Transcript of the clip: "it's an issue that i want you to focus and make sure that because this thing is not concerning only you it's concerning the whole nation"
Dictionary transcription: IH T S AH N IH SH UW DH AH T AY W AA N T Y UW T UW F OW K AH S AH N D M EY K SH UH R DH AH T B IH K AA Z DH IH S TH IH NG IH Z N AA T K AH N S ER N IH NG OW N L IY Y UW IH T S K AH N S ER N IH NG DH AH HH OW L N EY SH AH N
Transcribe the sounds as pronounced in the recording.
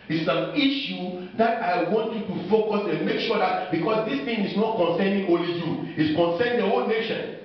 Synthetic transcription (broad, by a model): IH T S AH N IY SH UW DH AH T AY W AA N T Y UW T UW F OW K AH S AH N M EY K SH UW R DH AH T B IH K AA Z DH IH S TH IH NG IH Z N AA T K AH N S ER N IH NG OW L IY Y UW IH T S K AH N S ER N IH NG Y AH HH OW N EY SH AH N